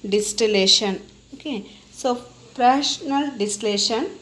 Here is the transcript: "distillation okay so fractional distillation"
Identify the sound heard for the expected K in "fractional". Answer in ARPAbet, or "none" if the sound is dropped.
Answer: none